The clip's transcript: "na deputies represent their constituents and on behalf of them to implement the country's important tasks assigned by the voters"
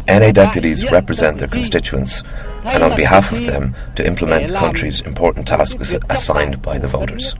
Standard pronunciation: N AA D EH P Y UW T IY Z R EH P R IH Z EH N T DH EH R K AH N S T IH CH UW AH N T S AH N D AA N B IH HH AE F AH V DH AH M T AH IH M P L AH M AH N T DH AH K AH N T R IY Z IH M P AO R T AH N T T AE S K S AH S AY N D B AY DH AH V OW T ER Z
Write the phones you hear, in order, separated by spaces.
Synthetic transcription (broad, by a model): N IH D EH P Y UW T IY Z R EH P R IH Z EH N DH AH R K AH N S T IH CH UW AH N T S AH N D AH N B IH HH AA F AH V DH AH M T AH IH M P L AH M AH N DH AH K AH N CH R IY Z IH M P AO R T N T T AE S K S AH S AY N B AY DH AH V OW T ER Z